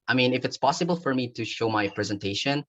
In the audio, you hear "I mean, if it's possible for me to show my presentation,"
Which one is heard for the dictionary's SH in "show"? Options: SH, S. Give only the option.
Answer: SH